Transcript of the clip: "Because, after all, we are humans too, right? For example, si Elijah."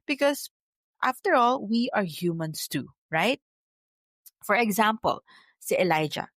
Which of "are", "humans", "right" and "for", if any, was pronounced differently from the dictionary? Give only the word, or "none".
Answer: humans